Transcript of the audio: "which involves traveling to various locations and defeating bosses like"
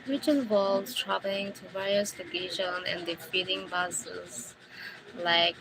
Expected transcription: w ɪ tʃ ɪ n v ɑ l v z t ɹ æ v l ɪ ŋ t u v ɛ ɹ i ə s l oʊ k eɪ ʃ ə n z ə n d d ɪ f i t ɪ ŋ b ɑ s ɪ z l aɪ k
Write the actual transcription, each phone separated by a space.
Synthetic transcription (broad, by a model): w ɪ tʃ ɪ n w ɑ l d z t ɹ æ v l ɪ ŋ t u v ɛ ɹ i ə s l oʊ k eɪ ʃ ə n ə n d d ɪ f i t ɪ ŋ b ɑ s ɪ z l aɪ k